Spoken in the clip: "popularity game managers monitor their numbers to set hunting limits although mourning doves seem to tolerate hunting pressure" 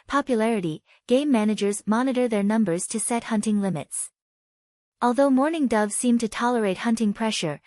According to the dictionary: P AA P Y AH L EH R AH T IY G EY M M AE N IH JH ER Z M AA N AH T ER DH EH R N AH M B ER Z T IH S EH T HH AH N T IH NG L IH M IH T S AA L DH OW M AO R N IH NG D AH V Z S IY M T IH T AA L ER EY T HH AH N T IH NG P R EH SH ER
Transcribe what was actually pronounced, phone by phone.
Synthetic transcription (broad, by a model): P AA P Y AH L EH R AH T IY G EY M M AE N IH JH ER Z M AA N AH T ER DH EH R N AH M B ER Z T IH S EH T HH AH N T IH NG L IH M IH T S AA L DH OW M AO R N IH NG D AH V Z S IY M T IH T AA L ER EY T HH AH N T IH NG P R EH SH ER